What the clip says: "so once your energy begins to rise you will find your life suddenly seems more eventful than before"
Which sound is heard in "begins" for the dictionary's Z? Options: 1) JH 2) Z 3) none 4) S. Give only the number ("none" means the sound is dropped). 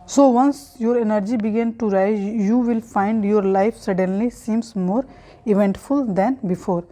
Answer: 3